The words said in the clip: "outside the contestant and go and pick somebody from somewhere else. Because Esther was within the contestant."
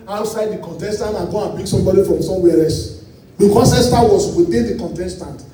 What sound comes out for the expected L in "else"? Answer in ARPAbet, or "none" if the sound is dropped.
none